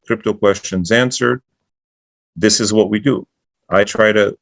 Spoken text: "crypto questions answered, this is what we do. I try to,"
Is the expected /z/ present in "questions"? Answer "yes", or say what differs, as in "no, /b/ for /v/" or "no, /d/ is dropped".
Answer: yes